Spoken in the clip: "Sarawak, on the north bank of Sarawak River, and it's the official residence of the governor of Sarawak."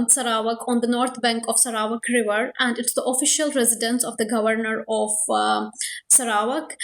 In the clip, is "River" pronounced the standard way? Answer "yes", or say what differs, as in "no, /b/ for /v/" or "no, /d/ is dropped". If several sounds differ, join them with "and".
yes